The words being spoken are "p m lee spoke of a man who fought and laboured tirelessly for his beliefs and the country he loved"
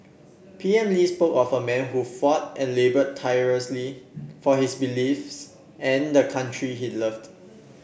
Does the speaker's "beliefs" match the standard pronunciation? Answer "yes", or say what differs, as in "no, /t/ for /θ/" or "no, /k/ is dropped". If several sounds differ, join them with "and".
yes